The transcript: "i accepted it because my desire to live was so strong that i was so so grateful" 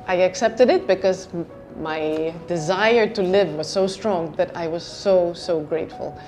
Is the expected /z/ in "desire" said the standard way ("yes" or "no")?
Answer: yes